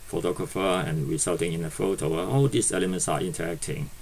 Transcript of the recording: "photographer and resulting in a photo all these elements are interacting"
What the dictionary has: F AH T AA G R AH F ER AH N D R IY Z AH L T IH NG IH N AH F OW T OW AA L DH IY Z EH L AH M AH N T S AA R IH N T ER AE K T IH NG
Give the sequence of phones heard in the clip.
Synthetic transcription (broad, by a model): F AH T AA G R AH F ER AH N R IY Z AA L T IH NG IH N AH F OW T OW AA L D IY S EH L AH M AH N T S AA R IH N T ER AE K T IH NG